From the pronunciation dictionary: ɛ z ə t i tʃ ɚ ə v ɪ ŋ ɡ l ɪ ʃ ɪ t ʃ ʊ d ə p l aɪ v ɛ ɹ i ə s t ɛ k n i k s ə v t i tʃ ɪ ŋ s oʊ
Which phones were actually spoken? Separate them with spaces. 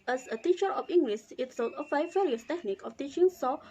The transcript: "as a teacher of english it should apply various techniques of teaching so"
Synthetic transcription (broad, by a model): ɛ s ə t i tʃ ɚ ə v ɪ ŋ ɡ l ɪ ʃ ɪ t s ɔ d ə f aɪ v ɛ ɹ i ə s t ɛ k n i k ə f t i tʃ ɪ ŋ s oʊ